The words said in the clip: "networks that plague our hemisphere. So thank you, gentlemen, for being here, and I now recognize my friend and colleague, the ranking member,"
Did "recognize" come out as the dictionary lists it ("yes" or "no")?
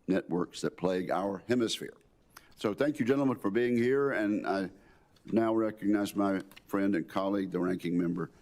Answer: yes